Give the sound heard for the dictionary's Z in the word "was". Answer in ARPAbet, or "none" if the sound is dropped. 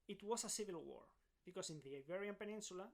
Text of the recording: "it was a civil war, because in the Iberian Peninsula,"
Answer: S